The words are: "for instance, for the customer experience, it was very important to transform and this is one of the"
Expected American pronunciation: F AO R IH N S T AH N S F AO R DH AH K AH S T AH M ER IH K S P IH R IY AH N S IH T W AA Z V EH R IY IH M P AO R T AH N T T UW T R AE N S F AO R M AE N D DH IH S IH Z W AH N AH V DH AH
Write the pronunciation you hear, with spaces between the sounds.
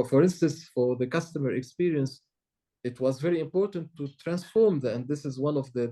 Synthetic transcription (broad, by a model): F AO R IH N S T AH N S F AO R DH AH K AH S T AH M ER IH K S P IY R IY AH N S IH T W AA Z V EH R IY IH M P AO R T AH N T T UW T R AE N S F AO R M AE N D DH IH S IH Z W AH N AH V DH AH